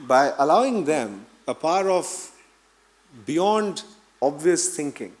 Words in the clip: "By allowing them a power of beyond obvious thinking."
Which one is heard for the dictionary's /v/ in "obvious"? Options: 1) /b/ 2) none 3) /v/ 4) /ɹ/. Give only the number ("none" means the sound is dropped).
3